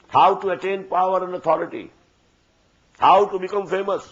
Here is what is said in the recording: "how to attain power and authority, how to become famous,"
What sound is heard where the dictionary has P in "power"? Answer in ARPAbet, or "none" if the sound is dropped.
P